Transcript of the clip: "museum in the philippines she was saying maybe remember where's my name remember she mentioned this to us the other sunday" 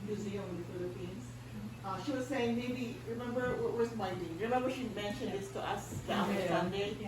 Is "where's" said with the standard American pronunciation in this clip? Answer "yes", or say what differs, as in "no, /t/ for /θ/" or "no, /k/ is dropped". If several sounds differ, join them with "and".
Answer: no, /w/ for /ɹ/